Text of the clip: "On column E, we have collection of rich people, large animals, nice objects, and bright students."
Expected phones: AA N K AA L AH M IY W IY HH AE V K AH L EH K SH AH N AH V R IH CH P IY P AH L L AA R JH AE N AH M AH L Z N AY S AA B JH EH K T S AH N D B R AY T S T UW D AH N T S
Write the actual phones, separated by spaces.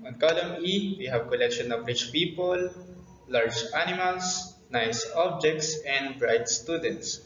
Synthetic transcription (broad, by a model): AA N K AA L AH M IY W IY HH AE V K AH L EH K SH AH N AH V R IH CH P IY P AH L L AA R JH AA N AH M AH L S N AY S AA B JH EH K T S AH N D B R AY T S T UW D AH N T S